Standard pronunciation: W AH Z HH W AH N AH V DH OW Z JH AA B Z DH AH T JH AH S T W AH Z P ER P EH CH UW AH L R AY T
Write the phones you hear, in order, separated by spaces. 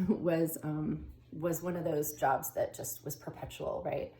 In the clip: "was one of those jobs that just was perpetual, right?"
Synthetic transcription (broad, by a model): W AH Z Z W AH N AH V DH OW Z JH AA B Z DH AH T JH AH S T W AH Z P ER P EH CH UW L R AY T